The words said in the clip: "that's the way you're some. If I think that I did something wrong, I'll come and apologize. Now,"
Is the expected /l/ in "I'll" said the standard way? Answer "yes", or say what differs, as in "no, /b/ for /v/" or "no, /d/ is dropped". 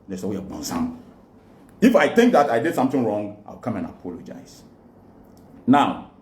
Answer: no, /w/ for /l/